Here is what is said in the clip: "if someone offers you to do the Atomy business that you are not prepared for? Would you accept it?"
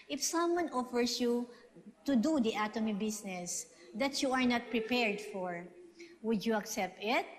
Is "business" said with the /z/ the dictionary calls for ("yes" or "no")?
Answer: no